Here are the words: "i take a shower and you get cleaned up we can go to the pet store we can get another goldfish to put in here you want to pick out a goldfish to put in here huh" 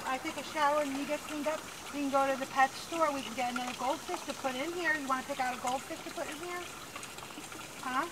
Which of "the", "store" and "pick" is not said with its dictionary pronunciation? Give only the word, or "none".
none